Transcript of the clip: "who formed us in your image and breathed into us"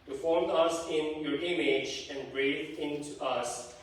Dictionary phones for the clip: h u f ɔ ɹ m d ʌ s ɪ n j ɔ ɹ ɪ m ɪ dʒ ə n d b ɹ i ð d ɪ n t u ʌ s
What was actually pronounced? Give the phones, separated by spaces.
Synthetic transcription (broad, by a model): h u f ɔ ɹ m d ʌ s ɪ n j ɔ ɹ ɪ m ɪ dʒ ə n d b ɹ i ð ɪ n t u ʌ s